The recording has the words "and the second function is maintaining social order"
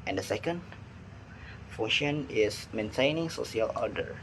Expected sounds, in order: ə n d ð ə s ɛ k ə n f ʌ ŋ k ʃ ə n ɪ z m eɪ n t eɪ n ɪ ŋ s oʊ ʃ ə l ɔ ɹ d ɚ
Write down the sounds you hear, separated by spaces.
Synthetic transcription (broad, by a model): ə n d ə s ɛ k ə n f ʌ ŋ ʃ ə n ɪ s m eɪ n t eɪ n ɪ ŋ s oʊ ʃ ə l ɔ d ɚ